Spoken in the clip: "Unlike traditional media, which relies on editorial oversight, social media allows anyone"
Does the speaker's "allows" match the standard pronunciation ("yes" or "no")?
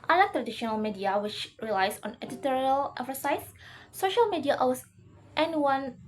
no